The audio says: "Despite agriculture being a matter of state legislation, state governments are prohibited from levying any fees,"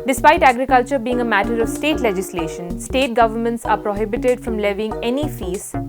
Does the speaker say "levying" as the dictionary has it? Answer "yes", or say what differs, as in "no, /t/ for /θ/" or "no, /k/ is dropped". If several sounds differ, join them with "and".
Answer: yes